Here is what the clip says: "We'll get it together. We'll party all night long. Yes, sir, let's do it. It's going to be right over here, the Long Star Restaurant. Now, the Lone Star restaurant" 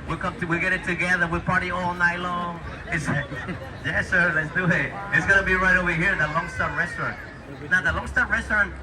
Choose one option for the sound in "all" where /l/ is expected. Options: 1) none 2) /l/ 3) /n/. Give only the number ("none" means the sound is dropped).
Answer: 2